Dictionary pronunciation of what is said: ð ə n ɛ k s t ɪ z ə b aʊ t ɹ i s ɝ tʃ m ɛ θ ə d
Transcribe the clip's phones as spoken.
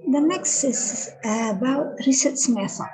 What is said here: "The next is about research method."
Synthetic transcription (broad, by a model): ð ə n ɛ k s t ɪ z ə b aʊ t ɹ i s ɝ s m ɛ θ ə